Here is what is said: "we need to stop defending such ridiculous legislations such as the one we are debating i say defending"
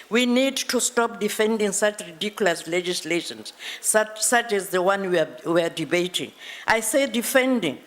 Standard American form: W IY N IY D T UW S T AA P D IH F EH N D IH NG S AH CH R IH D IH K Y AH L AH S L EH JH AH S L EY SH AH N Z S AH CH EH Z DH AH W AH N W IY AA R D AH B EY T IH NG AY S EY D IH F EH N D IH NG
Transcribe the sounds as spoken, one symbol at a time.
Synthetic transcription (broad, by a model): W IY N IY D T UW S T AA P D IH F EH N D IH NG S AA CH R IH D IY K Y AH L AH S L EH JH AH S L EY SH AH N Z S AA CH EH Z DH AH W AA N W IY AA W D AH B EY T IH NG AY S EY D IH F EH N D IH NG